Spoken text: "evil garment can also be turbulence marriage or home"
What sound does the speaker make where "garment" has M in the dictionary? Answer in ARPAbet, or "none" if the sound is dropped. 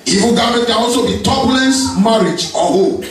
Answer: none